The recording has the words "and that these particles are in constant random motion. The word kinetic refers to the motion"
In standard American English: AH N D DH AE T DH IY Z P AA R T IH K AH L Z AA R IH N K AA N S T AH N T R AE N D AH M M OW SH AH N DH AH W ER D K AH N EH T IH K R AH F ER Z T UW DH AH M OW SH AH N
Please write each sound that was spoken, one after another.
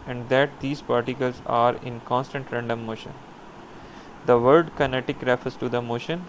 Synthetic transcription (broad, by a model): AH N D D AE T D IY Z P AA R T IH K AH L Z AA R IH N K AA N S T AH N T R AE N D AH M M OW SH AH N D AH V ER D K AH N EH T IH K R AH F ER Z T UW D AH M OW SH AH N